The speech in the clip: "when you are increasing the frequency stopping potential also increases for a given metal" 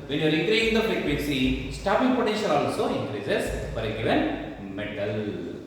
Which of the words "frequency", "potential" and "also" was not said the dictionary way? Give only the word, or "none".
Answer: frequency